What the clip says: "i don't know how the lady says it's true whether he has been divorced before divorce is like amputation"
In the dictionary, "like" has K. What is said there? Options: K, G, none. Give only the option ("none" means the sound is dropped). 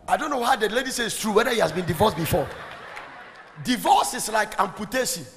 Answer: K